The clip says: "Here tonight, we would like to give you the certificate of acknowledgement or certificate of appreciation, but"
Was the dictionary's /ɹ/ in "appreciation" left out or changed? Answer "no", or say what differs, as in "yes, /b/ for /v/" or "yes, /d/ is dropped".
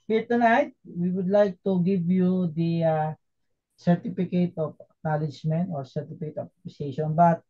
yes, /ɹ/ is dropped